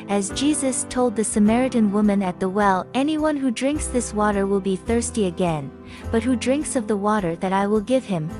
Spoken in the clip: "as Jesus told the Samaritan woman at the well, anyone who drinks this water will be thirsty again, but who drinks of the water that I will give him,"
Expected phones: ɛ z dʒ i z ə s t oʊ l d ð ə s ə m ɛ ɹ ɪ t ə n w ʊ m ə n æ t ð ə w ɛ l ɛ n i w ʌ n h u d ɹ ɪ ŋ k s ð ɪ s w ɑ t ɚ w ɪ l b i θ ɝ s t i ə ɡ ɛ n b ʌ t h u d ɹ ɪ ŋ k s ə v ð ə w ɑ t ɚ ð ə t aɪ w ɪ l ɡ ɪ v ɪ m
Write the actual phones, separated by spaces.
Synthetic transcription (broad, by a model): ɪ z dʒ i z ə s t oʊ l d ð ə s ə m ɛ ɹ ɪ t ə n w ʊ m ə n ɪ t ð ə w ɛ l ɛ n i w ʌ n h u d ɹ ɪ ŋ k s ð ɪ s w ɑ t ɚ w ɪ l b i θ ɝ s t i ə ɡ ɛ n b ʌ t h u d ɹ ɪ ŋ k s ə v ð ə w ɑ t ɚ ð ə t aɪ w ɪ l ɡ ɪ v ɪ m